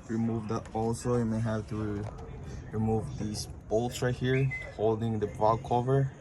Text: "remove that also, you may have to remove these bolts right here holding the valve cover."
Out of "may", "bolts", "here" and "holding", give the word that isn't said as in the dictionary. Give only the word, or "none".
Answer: bolts